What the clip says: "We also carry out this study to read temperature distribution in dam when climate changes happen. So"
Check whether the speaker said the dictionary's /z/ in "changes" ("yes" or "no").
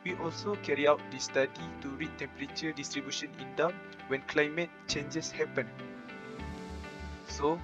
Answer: no